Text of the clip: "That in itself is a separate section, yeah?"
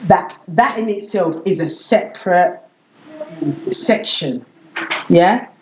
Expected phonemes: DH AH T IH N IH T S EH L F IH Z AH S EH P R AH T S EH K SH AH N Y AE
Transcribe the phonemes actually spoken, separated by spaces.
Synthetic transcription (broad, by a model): DH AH T IH N IH T S EH L F IH Z AH S EH P R AH T S EH K SH AH N Y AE